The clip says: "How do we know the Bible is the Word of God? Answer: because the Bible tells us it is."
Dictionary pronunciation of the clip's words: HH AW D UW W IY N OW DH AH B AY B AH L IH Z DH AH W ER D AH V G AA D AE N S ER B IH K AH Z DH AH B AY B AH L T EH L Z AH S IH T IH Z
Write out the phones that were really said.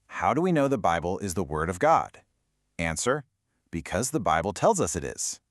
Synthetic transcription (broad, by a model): HH AW D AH W IY N OW DH AH B AY B L IH Z DH AH W ER D AH V G AA D AE N S ER B IH K AH Z DH AH B AY B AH L T EH L Z AH S IH T IH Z